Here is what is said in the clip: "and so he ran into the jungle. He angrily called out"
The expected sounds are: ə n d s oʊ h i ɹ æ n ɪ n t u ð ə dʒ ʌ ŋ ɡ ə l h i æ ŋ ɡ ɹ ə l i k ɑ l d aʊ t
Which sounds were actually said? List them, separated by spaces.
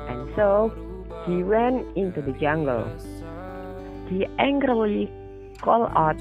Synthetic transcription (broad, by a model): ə n s oʊ h i w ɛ n ɪ n t u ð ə dʒ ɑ ŋ ɡ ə l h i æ ŋ ɡ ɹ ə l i k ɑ l aʊ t